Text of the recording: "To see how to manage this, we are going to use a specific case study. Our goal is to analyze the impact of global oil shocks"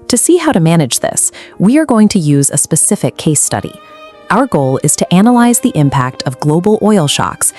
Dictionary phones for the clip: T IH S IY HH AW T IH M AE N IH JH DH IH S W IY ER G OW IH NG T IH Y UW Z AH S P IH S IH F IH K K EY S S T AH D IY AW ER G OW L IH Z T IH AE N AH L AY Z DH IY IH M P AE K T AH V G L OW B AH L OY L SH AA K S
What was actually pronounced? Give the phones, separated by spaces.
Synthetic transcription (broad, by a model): T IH S IY HH AW T IH M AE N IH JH DH IH S W IY ER G OW IH NG T IH Y UW Z AH S P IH S IH F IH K K EY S S T AH D IY AW ER G OW L IH Z T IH AE N AH L AY Z DH IY IH M P AE K T AH V G L OW B L OY L SH AA K S